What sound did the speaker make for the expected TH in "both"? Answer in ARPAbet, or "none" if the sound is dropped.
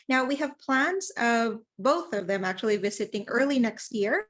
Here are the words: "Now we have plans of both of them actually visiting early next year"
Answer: TH